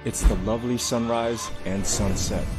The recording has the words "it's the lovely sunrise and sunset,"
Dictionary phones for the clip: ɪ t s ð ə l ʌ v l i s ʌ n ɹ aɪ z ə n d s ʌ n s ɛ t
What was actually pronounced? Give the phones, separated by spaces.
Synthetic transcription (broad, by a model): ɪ t s ð ə l ʌ v l i s ʌ n ɹ aɪ z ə n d s ʌ n s ɛ t